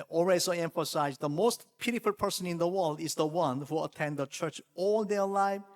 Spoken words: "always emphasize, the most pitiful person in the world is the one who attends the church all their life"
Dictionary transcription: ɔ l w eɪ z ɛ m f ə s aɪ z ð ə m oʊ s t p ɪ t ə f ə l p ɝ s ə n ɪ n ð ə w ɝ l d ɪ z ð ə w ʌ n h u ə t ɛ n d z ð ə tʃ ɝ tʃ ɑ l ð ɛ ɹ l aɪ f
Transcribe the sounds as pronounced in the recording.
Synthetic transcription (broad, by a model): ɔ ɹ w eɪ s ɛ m f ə s aɪ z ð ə m oʊ s t p ɪ t ə f ə l p ɝ s ə n ɪ n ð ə w ɝ l d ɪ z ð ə w ʌ n h u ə t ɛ n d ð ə tʃ ɝ tʃ ɑ l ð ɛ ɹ l aɪ